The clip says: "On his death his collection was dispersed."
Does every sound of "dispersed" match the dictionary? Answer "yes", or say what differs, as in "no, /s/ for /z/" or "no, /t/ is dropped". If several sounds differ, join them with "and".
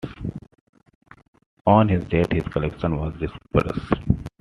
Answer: no, /t/ is dropped